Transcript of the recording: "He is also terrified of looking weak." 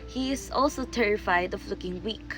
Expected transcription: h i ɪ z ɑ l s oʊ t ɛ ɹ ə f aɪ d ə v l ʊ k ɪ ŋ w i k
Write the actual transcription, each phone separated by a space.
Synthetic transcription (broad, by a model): h i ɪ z ɑ l s oʊ t ɛ ɹ ə f aɪ d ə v l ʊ k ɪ ŋ w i k